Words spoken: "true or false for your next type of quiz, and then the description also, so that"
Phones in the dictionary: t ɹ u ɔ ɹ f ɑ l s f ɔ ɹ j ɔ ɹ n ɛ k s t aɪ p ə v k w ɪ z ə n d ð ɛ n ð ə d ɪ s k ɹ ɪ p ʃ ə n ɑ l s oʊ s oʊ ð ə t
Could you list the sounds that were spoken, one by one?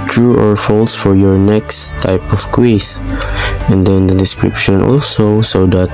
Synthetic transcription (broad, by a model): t ɹ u ɔ ɹ f ɑ l s f ɔ ɹ j ɔ ɹ n ɛ k s t aɪ p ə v k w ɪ s ə n d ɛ n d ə d ɪ s k ɹ ɪ p ʃ ə n ɑ l s oʊ s oʊ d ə t